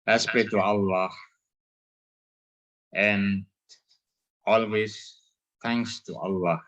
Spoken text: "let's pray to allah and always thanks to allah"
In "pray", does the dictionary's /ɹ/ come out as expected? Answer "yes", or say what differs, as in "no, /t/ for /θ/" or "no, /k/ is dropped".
no, /ɹ/ is dropped